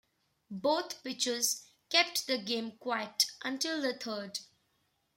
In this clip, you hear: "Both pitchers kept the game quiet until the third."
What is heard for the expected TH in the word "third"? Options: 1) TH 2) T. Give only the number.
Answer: 2